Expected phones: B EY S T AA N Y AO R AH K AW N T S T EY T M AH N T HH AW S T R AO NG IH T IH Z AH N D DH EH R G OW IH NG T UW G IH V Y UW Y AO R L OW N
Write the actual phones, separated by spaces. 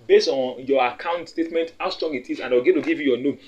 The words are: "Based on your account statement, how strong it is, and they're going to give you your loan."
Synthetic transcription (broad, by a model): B EY S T AA N Y AO AH K AW N T S T EY T M AH N T HH AW S T R AO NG IH T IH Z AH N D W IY L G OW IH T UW G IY V Y UW Y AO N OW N